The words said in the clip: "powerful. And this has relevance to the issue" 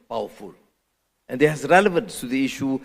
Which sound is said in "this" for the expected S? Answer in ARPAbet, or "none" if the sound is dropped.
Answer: none